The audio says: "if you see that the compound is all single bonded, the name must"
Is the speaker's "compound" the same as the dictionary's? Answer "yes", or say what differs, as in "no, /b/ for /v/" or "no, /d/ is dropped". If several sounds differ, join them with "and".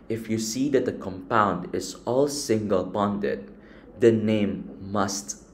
yes